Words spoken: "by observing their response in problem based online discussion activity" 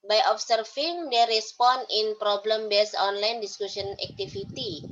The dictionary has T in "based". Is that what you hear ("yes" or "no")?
no